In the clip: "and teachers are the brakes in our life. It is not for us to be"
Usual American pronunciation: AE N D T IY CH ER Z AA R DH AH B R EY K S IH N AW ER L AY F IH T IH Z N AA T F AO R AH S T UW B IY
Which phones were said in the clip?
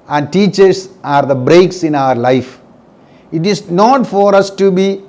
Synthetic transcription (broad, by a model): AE N D T IY CH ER S AA R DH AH B R EY K S IH N AW ER L AY F IH T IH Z N AA T F AO R AH S T UW B IY